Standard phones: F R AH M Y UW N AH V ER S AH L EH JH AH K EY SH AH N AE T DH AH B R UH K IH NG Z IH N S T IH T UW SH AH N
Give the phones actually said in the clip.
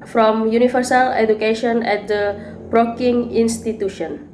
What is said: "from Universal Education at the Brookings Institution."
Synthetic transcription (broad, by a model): F R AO M Y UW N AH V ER S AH L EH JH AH K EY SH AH N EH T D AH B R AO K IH NG IH N S T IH T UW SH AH N